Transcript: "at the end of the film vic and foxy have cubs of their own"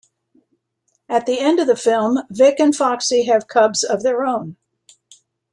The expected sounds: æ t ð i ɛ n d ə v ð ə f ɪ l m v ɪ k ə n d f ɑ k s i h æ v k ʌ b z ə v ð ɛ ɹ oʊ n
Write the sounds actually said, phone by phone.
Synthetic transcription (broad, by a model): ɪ t ð i ɛ n d ə v ð ə f ɪ l m v ɪ k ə n f ɑ k s i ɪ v k ʌ b z ə v ð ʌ ɹ oʊ n